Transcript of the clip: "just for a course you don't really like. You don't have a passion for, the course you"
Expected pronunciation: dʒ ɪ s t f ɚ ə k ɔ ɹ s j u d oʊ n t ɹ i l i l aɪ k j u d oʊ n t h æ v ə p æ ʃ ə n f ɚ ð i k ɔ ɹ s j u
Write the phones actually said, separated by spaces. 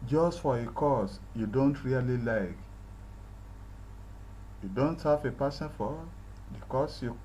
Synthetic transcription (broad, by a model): dʒ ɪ s t f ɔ ə k ɔ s j u d oʊ n t ɹ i l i l aɪ k j u d oʊ n t h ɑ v ə p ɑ s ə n f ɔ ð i k ɔ s j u